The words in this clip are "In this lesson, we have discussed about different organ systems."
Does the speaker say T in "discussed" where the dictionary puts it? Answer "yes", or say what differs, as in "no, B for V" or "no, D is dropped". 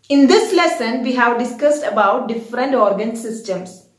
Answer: yes